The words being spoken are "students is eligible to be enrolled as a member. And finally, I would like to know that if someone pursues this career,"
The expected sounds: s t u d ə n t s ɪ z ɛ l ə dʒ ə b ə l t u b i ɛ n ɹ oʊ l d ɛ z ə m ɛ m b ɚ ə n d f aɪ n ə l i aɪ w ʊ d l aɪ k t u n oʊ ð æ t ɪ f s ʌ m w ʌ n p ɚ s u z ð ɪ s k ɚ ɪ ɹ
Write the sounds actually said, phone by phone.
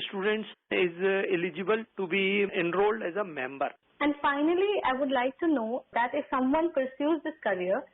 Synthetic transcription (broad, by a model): s t u d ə n t s ɪ z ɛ l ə dʒ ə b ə l t u b i ɛ n ɹ oʊ l d ɛ z ə m ɛ m b ɚ ə n d f aɪ n ə l i aɪ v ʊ d l aɪ k t u n oʊ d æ t ɪ f s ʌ m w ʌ n p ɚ s u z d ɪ s k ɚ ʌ ɹ